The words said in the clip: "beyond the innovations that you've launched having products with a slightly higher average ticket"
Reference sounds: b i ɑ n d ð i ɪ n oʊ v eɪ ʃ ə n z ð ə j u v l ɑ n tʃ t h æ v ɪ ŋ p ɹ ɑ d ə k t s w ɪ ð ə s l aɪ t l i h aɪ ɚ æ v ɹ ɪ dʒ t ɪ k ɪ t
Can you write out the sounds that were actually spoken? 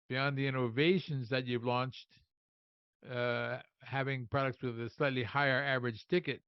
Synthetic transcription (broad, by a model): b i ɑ n ð i ɪ n oʊ v eɪ ʃ ə n z ð ə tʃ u v l ɑ n tʃ t h æ v ɪ ŋ p ɹ ɑ d ə k t s w ɪ ð ə s l aɪ t l i h aɪ ɚ æ v ɹ ɪ dʒ t ɪ k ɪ t